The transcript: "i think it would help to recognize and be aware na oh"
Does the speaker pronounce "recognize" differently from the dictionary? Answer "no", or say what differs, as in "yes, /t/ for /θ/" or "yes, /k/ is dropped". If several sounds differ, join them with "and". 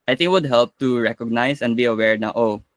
yes, /s/ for /z/